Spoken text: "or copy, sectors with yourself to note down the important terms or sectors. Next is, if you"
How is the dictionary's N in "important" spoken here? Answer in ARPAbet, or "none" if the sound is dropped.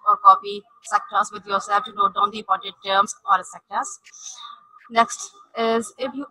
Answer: none